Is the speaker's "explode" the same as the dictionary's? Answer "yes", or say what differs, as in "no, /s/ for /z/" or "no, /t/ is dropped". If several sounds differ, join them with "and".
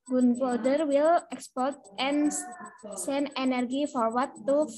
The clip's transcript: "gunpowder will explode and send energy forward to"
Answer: no, /l/ is dropped